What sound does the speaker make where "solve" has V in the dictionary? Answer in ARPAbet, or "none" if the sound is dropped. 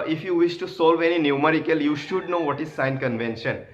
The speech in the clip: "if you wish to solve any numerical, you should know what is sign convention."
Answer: V